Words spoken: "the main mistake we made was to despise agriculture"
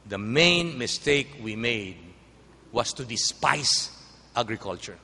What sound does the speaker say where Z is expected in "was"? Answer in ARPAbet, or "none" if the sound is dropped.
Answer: S